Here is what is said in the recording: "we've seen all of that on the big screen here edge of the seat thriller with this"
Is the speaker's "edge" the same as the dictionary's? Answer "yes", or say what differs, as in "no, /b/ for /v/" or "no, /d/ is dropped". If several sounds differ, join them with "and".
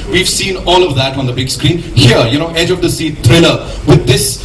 yes